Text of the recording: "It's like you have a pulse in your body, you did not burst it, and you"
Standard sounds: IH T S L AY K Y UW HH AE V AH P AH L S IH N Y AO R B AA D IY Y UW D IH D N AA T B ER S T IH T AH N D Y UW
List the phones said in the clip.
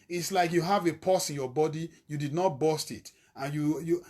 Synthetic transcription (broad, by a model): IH T S L AY K Y UW HH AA V AH P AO S IH N Y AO B AA D IY Y UW D IH D N AA T B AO S T IH T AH N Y Y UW